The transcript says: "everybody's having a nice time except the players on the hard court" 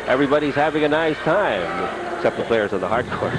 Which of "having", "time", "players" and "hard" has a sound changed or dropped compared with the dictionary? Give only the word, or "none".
none